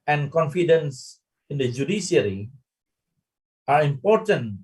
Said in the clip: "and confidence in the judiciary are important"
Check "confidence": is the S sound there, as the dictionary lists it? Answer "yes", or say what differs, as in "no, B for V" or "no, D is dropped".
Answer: yes